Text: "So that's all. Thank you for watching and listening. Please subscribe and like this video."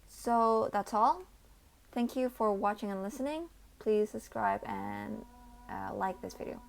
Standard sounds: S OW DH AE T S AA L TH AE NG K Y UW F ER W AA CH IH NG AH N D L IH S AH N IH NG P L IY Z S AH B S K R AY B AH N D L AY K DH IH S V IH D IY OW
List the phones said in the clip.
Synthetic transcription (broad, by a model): S OW DH AE T S AA L TH AE NG K Y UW F ER W AA CH IH NG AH N L IH S AH N IH NG P L IY Z S AH B S K R AY B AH N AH L AY K DH IH S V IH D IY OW